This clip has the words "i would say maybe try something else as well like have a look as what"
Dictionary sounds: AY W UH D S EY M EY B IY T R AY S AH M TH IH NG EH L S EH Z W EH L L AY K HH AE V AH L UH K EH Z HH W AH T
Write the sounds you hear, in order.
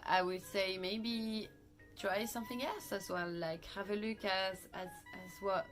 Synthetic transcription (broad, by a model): AY W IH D S EY M EY B IY T R AY S AH M TH IH NG EH L S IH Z W EH L L AY K HH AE V AH L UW K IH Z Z W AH T